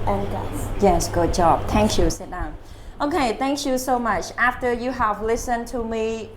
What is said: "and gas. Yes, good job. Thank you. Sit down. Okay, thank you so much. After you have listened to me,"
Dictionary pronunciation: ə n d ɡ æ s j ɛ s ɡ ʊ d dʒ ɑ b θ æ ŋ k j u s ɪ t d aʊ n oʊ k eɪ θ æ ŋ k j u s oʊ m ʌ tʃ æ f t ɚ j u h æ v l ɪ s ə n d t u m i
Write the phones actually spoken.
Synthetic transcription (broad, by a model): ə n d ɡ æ j ɛ s ɡ ʊ d dʒ ɑ b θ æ ŋ k j u s ɪ t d aʊ n oʊ k eɪ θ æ ŋ k j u s oʊ m ʌ tʃ æ f t ɚ j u h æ v l ɪ s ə n t u m i